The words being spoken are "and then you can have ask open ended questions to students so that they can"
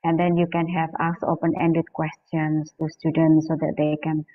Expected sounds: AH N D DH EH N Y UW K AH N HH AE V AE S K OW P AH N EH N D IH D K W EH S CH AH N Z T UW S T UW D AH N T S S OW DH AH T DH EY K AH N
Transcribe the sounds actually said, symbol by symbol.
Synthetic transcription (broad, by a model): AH N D EH N Y UW K AH N HH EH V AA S OW P AH N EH N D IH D K W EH S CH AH N S T UW S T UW D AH N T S S OW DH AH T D EY K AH N